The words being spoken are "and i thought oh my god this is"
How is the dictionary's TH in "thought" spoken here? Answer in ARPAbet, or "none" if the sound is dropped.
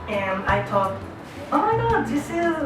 T